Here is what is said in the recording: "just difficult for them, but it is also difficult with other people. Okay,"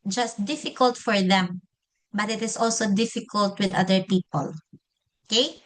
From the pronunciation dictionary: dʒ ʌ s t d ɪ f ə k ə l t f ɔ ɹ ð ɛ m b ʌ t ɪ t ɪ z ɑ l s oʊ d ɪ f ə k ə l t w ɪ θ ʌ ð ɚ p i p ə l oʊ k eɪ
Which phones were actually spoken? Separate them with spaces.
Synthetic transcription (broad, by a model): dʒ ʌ s t d ɪ f ə k ə l t f ɔ ɹ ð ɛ m b ʌ t ɪ t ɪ s ɑ l s oʊ d ɪ f ə k ə l t w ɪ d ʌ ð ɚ p i p ə l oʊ k eɪ